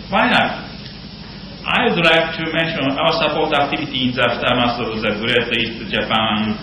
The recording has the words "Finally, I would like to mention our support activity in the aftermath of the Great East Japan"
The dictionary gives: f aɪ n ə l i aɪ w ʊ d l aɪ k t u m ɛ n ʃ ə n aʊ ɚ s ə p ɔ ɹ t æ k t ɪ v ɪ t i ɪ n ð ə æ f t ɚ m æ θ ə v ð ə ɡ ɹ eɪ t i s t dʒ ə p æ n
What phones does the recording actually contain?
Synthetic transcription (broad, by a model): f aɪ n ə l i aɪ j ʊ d l aɪ k t u m ɛ n ʃ ə n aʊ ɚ s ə p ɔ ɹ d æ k t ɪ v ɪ t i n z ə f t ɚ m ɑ s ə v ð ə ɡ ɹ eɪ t i s t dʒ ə p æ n